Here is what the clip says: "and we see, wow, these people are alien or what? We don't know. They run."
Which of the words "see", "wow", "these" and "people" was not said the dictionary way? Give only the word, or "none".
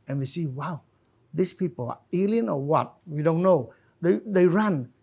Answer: these